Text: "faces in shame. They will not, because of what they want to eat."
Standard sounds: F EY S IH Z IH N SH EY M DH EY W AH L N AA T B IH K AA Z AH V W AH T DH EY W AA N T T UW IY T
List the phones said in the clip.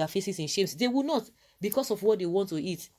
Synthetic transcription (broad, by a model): F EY S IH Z IH N SH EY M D EY W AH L N AA T B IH K AA S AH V W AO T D EY W AA N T T UW IY T